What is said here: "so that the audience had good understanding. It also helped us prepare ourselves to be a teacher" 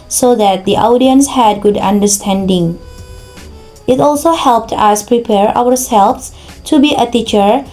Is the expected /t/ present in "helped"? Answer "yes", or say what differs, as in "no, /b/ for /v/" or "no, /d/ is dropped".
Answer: yes